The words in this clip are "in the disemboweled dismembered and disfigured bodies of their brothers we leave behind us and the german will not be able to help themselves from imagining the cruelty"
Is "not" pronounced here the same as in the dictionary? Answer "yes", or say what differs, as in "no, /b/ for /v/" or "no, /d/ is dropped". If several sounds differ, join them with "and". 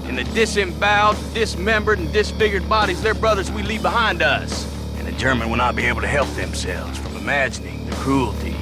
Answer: yes